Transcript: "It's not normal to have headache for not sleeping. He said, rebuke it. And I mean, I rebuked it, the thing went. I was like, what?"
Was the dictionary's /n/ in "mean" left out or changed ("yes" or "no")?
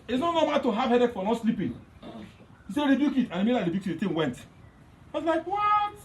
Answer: yes